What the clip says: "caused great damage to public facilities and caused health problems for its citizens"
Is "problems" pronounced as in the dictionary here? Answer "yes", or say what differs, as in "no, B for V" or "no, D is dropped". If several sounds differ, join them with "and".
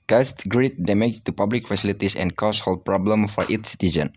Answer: no, Z is dropped